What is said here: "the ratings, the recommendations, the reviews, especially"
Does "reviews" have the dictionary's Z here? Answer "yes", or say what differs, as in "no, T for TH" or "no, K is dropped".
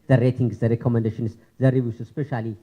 no, S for Z